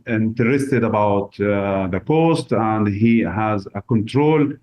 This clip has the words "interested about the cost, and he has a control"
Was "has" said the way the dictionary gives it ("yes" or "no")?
yes